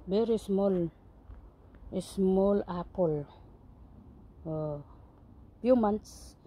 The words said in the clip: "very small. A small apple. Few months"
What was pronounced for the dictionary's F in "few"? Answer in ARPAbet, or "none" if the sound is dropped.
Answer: P